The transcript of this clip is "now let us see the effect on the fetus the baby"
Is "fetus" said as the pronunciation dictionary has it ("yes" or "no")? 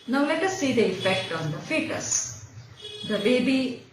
yes